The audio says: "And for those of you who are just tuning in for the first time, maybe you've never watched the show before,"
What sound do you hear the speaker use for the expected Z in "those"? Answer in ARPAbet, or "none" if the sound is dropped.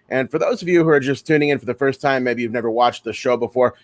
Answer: Z